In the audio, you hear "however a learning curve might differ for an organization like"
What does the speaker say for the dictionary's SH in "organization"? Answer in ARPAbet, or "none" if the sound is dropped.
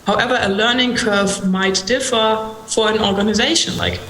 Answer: SH